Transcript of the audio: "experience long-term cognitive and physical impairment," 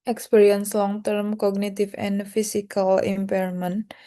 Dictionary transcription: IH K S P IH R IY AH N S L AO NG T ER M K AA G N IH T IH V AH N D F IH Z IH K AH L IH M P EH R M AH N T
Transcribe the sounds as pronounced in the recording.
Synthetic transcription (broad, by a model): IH K S P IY R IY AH N S L AO NG T ER M K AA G N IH T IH F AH N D F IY S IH K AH L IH M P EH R M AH N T